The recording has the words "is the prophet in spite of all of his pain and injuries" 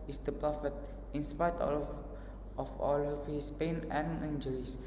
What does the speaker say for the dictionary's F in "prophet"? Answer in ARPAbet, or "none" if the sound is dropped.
F